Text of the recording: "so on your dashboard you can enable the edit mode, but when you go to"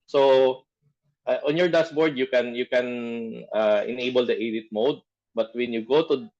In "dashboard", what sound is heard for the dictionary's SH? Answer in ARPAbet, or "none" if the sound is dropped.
S